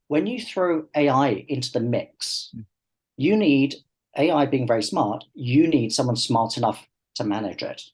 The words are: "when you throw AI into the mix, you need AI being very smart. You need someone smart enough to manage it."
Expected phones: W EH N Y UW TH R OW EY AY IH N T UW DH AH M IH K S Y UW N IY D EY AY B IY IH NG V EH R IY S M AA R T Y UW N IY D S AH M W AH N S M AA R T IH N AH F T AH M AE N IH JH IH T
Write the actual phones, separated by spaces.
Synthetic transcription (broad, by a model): W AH N Y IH TH R OW EY AY IH N T UW DH AH M IH K S Y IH N IY D EY AY B IY IH NG V EH R IY S M AA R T Y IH N IY D S AH M W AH N S M AA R T IH N AH F T AH M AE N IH JH IH T